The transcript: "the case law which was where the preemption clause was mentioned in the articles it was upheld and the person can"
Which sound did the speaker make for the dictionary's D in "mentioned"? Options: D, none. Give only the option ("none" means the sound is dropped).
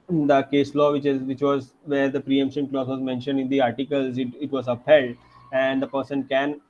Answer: D